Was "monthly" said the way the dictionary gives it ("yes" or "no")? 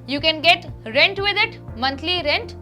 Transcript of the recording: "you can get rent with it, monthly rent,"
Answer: no